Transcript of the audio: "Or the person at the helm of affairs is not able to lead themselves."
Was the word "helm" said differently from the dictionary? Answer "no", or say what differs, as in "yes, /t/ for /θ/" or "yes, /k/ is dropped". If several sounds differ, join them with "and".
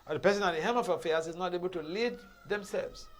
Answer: yes, /l/ is dropped